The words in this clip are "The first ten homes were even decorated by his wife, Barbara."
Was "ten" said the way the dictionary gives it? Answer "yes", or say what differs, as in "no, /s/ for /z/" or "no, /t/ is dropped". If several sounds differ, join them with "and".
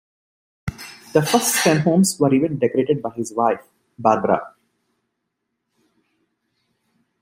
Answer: no, /s/ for /t/